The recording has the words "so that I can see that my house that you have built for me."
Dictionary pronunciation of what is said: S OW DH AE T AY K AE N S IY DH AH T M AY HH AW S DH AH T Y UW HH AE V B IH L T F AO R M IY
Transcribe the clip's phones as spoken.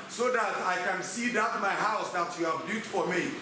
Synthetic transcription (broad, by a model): S OW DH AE T AY K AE N S IY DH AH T M AY HH AW S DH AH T Y UW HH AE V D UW T F AO R M IY